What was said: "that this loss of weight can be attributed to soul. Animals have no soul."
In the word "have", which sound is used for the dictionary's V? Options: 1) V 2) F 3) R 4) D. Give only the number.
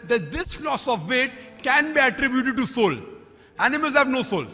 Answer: 1